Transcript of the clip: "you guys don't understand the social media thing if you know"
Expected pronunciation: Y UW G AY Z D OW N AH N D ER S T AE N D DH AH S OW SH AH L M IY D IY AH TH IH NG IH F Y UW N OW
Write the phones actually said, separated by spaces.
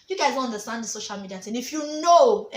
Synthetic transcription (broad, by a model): Y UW G AY Z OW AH N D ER S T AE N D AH S OW SH AH L M IY D IY AH T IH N IH F Y UW N OW